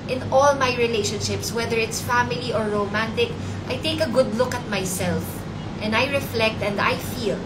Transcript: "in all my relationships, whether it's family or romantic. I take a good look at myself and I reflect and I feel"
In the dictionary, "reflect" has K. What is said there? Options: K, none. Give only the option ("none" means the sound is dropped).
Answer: K